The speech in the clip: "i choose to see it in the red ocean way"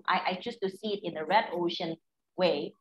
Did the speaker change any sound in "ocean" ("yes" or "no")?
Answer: no